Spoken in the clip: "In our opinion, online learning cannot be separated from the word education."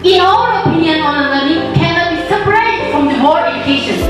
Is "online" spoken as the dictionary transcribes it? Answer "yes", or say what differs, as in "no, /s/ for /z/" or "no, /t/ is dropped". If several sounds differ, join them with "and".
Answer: no, /l/ is dropped